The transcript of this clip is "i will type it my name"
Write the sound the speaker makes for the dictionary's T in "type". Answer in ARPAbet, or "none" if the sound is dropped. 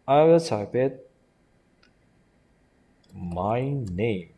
S